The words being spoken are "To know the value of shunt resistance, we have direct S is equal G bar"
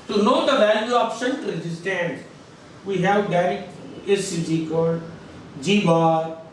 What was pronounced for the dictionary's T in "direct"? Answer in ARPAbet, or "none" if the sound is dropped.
none